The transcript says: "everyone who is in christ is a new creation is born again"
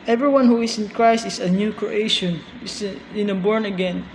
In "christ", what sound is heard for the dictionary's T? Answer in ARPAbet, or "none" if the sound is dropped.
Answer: T